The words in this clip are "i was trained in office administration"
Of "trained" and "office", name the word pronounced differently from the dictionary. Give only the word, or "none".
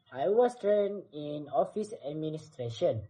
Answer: trained